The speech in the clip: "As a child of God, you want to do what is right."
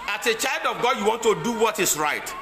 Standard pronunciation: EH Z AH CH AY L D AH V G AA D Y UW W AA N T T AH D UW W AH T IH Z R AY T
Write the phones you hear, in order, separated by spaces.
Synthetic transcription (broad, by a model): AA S AH CH AY L D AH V G AA D Y UW W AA N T T AH D UW W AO T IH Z R AY T